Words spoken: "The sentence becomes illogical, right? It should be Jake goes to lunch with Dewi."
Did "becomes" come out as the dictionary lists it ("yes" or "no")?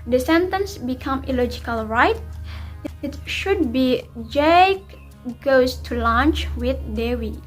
no